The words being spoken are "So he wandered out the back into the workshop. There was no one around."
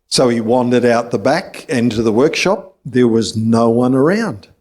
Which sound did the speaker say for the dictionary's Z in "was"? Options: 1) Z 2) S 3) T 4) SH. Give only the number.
1